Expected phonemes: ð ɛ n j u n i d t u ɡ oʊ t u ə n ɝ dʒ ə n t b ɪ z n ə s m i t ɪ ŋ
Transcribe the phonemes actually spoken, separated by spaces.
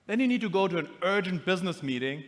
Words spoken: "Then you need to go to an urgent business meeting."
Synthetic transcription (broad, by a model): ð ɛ n j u n i d t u ɡ oʊ t u ə n ɝ dʒ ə n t b ɪ z n ə s m i t ɪ ŋ